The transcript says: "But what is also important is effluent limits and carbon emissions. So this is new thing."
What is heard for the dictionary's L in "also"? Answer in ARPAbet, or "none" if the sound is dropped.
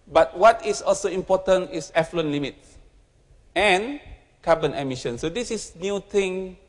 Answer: L